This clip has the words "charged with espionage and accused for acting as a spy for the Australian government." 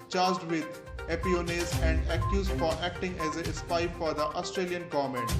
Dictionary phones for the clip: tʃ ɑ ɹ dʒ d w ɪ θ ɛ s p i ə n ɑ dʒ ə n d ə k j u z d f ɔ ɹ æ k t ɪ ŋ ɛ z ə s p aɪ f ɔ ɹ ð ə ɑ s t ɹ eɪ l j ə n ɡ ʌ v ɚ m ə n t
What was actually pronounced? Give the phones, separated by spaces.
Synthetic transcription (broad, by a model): tʃ ɑ ɹ dʒ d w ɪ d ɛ p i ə n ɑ z ə n d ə k j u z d f ɔ ɹ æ k t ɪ ŋ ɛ z ə s p aɪ f ɔ ɹ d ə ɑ s t ɹ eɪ l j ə n ɡ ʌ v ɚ m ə n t